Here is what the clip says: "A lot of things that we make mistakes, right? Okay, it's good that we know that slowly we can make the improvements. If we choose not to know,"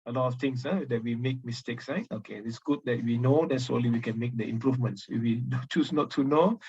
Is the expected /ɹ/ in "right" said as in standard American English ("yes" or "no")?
no